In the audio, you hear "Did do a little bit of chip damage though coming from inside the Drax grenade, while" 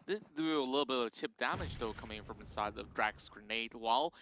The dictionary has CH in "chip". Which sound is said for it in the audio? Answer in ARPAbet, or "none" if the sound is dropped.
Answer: CH